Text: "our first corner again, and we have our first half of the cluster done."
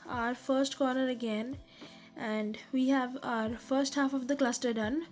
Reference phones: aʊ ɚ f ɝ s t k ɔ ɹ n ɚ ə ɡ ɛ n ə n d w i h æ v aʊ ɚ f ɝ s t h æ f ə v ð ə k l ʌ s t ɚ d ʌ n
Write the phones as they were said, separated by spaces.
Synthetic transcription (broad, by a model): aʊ ɚ f ɝ s t k ɔ ɹ n ɚ ə ɡ ɛ n ə n d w i h æ v aʊ ɚ f ɝ s t h æ f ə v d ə k l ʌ s t ɚ d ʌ n